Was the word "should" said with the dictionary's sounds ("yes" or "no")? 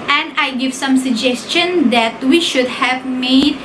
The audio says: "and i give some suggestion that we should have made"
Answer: yes